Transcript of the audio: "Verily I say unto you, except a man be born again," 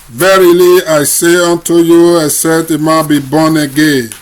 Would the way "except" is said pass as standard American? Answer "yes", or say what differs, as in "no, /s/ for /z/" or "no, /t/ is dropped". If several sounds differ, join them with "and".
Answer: no, /k/ is dropped and /p/ is dropped